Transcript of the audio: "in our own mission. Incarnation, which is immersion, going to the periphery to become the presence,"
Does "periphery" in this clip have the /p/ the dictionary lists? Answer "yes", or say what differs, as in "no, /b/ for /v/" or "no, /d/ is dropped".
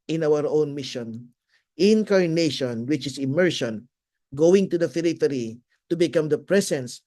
no, /f/ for /p/